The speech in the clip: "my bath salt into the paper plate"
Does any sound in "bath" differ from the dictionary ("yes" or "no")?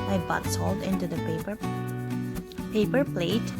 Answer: yes